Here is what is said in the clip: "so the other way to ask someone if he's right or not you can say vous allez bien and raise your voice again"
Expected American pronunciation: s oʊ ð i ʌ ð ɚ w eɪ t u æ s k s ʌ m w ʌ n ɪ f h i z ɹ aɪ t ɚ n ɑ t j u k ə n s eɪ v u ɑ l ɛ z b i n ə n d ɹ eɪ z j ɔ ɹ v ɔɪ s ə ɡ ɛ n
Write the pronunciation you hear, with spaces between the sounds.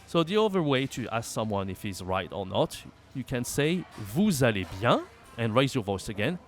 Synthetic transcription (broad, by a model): s oʊ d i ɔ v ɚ w eɪ t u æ s k s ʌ m w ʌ n ɪ f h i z ɹ aɪ t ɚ n ɑ t j u k ə n s eɪ v u ɑ l ɛ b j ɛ ə n ɹ eɪ z j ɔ v ɔɪ s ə ɡ ɛ n